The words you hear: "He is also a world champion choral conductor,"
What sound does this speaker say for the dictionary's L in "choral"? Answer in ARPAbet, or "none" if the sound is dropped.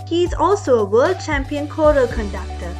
L